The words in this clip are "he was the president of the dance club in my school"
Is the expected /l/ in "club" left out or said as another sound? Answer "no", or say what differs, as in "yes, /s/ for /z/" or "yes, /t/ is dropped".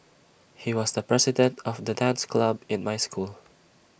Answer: no